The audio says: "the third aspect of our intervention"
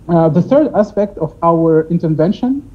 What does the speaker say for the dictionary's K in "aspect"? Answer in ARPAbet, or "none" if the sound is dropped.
K